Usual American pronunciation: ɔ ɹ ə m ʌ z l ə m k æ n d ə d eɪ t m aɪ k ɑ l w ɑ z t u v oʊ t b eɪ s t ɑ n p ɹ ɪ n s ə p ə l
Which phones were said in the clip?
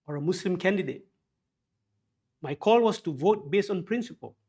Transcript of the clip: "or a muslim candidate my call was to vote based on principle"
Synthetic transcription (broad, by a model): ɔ ɹ ə m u s l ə m k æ n d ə d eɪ t m aɪ k ɑ l w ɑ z t u v oʊ t b eɪ s t ɑ n p ɹ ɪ n s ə p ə l